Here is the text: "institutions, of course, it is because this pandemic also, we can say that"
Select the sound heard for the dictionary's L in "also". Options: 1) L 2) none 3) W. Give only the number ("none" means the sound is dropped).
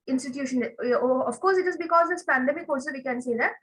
2